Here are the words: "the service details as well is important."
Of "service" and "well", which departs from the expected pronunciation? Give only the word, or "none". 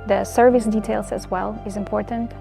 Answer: none